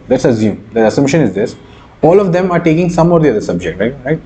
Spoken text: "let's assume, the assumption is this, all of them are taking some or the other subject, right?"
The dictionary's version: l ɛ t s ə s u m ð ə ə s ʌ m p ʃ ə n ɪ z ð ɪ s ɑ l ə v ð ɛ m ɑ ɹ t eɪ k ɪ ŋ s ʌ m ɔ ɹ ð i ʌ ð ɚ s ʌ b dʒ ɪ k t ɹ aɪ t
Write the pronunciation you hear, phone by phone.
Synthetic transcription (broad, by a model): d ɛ t s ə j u m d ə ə s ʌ m ʃ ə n ɪ z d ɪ s ɑ l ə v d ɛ m ɑ ɹ t eɪ k ɪ ŋ s ʌ m ɔ ɹ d i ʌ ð ɚ s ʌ b dʒ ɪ k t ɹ aɪ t